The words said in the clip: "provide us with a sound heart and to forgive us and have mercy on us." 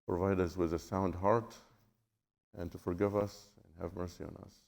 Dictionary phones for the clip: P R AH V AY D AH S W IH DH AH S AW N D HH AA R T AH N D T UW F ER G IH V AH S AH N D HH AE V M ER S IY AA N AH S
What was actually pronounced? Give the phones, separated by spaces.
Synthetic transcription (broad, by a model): P R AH V AY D AH S W IH DH AH S AW N D HH AA R T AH N T UW F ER G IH V AH S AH N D HH AE V M ER S IY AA N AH S